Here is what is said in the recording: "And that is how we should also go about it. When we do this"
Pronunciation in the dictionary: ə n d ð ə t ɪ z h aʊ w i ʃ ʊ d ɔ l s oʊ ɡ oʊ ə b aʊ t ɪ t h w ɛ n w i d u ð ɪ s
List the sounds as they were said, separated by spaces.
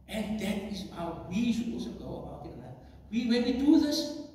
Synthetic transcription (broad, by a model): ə n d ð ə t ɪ s h aʊ w i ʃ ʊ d ɔ l s oʊ ɡ oʊ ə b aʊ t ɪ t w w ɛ n w i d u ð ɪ s